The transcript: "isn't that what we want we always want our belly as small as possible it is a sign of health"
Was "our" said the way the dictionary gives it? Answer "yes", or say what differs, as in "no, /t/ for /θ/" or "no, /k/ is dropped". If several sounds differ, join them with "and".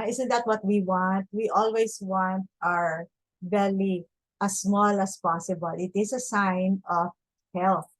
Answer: yes